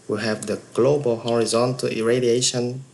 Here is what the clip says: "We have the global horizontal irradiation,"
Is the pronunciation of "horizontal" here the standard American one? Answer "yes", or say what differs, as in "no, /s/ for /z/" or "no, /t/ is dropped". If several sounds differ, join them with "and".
yes